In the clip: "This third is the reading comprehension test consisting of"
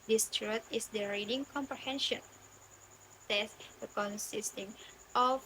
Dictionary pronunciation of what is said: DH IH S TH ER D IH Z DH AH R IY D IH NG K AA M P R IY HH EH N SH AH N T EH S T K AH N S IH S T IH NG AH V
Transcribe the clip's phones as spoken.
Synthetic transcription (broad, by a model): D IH S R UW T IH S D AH R IY D IH NG K AA M P R IY HH EH N SH AH N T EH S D K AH N S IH S T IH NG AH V